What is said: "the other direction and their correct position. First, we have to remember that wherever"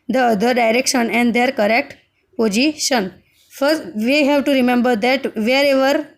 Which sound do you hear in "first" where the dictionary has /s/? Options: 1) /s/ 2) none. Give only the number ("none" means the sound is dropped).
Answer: 2